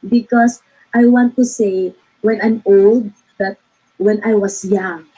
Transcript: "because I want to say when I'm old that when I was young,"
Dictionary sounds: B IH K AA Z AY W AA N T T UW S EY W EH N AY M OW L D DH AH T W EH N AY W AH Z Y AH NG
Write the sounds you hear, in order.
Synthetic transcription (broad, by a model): B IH K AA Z AY W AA N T T UW S EY W EH N AY M OW L D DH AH T W EH N AY W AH S Y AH NG